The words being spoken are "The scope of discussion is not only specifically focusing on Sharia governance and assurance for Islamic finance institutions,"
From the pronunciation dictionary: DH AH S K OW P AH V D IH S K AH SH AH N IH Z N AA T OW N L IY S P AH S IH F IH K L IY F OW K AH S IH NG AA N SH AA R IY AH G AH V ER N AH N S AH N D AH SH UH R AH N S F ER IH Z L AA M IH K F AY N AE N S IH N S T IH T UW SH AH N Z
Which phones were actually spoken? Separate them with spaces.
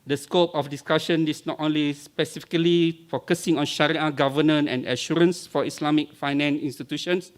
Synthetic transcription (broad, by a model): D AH S K OW P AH F D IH S K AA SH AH N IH S N AA T OW N L IY S P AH S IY F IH K L IY F OW K AH S IH NG AA N SH AA R IY AH G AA V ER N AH N AH N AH SH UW R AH N S F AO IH S L AA M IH K F AY N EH N S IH N S T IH T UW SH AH N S